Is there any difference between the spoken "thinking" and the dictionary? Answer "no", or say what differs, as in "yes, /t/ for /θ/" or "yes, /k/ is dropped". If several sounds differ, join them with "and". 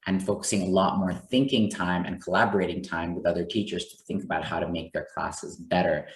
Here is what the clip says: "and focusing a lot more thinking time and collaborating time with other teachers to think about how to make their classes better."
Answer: no